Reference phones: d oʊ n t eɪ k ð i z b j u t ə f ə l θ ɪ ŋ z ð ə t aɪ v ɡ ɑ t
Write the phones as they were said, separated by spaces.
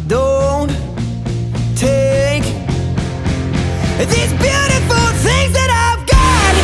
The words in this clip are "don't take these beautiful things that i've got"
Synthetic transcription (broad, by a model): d oʊ n t eɪ k ð i z b j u t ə f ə l θ ɪ ŋ z ð ə t aɪ v ɡ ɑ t